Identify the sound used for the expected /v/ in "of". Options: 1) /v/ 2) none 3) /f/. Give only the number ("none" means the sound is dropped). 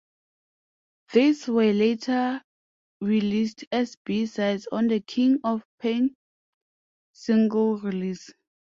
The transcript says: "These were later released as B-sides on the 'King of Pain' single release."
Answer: 3